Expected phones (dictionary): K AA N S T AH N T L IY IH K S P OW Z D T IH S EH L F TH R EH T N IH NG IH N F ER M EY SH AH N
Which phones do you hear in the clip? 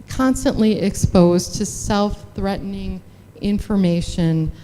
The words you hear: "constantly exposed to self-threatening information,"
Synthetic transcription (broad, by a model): K AA N S T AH N T L IY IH K S P OW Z T IH S EH L F TH R EH T N IH NG IH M F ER M EY SH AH N